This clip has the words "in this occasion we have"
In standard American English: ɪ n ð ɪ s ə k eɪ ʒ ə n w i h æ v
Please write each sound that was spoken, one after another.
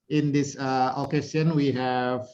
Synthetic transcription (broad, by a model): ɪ n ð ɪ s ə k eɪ s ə n w i h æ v